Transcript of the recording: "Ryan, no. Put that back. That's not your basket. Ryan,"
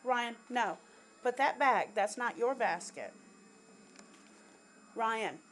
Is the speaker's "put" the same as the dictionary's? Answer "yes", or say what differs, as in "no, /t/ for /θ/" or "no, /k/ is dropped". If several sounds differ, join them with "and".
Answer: no, /b/ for /p/